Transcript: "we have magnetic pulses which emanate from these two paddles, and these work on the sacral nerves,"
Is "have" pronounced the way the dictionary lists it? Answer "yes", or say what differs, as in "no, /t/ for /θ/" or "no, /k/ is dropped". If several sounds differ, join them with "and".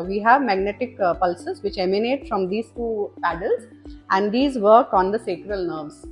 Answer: yes